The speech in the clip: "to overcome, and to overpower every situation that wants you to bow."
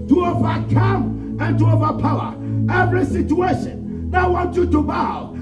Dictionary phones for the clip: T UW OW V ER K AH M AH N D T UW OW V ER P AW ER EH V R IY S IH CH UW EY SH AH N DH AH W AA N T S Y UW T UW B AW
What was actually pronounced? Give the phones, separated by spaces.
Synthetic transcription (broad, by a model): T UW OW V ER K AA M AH N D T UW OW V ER P AW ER EH V R IY S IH CH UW EY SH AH N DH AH W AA N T Y UW T UW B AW